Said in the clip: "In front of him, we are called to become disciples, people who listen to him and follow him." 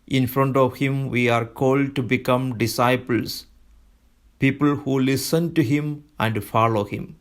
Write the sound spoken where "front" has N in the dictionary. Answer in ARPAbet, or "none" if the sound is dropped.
N